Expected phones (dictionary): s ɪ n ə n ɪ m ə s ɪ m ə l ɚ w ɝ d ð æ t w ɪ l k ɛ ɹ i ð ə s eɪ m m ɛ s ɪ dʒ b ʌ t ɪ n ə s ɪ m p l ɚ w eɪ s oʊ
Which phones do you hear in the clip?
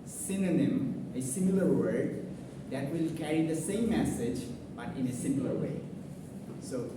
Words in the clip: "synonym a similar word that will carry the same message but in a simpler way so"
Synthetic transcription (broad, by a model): s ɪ n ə n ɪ m ə s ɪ m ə l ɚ w ɝ d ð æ t w ɪ l k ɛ ɹ i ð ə s eɪ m m ɛ s ɪ dʒ b ʌ t ɪ n ə s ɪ m l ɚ w eɪ s oʊ